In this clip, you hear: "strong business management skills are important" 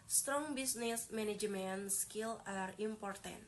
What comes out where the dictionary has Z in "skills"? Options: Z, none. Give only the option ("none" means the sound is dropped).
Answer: none